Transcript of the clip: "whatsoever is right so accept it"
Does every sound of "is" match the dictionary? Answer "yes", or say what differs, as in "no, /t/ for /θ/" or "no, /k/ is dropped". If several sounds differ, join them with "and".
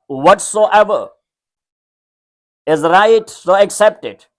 yes